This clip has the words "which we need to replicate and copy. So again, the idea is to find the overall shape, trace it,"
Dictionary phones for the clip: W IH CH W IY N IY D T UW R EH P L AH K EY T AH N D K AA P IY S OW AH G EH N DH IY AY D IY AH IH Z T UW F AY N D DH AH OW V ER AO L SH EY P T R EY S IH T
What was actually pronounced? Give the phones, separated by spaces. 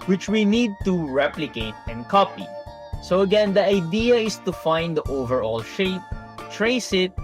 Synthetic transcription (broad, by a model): W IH CH W IY N IY D T UW R EH P L AH K EY T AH N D K AA P IY S OW AH G EH N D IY AY D IY AH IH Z T UW F AY N D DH OW V ER AO L SH EY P T R EY S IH T